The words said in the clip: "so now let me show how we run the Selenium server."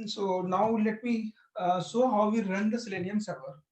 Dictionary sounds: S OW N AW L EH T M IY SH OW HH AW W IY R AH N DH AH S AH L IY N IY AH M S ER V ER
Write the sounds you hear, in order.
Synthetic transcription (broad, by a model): S OW N AW L EH T M IY S OW HH AW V IY R AH N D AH S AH L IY N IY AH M S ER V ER